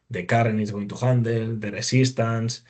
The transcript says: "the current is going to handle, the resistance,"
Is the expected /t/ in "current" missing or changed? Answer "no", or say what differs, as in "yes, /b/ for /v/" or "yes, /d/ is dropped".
yes, /t/ is dropped